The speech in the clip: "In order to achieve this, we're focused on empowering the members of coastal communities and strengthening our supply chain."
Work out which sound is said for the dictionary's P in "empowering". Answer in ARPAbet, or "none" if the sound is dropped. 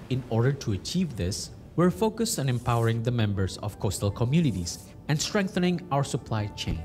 P